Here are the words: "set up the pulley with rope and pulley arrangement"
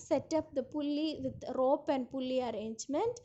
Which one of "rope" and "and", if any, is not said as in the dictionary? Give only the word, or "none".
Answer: none